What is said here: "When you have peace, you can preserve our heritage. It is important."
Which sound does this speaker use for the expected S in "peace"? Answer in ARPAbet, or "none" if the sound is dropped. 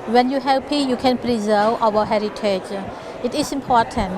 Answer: none